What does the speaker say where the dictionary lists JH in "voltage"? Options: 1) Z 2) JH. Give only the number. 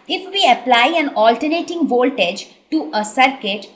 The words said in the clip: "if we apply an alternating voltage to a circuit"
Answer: 2